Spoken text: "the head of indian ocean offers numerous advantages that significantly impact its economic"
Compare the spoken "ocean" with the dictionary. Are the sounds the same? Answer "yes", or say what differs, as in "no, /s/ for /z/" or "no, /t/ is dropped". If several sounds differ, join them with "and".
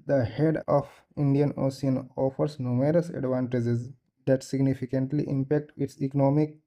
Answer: no, /s/ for /ʃ/